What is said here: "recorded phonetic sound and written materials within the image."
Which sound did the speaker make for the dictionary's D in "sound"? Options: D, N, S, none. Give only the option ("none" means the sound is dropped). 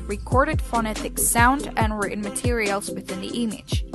D